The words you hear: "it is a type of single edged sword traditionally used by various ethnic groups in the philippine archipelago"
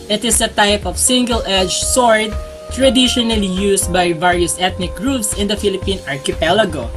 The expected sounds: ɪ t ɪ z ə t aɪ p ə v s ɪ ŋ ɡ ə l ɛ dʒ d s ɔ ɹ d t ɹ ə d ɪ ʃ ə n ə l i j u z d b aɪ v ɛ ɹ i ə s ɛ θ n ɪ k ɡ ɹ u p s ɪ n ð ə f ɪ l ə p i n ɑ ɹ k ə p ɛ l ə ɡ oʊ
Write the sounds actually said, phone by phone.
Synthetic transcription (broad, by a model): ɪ t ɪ s ə t aɪ p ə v s ɪ ŋ ɡ ə l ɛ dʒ s ɔ ɹ d t ɹ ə d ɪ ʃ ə n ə l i j u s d b aɪ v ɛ ɹ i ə s ɛ t n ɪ k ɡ ɹ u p s ɪ n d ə f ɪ l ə p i n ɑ ɹ k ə p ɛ l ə ɡ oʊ